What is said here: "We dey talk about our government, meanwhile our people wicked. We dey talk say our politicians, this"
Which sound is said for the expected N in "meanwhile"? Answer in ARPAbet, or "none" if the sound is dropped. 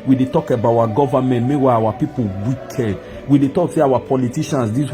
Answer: none